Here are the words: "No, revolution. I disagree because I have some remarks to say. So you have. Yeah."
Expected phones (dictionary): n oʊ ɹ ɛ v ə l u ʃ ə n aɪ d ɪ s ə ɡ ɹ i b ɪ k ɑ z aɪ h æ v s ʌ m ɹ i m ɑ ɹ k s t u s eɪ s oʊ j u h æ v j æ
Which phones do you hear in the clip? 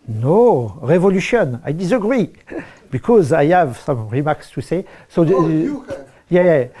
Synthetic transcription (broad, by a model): n oʊ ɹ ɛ v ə l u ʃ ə n aɪ d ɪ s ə ɡ ɹ i b ɪ k ɑ z aɪ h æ v s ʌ m ɹ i m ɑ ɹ k s t u s eɪ s oʊ j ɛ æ j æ